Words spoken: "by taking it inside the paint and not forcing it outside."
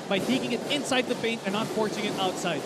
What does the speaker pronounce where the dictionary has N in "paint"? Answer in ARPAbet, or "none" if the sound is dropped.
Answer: N